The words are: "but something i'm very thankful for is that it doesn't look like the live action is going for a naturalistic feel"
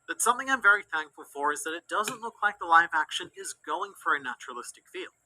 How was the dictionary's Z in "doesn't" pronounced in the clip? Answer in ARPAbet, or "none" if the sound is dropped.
Z